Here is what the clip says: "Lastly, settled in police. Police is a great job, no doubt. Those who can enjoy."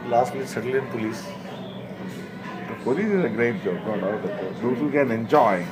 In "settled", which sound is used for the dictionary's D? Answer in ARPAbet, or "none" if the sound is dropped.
none